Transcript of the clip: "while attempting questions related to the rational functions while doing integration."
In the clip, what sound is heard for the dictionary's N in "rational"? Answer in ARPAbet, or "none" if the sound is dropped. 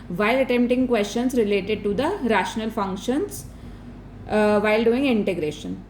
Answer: N